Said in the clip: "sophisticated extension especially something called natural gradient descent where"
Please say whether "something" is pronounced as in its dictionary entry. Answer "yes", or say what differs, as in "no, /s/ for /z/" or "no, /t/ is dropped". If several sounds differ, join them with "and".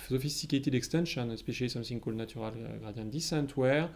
no, /s/ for /θ/